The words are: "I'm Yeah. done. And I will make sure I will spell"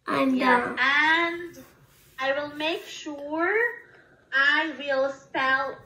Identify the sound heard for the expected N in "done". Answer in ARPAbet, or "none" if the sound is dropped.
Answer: none